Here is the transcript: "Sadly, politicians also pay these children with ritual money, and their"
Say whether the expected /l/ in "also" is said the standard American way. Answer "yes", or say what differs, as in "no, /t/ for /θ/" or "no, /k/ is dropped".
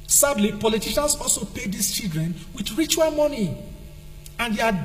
yes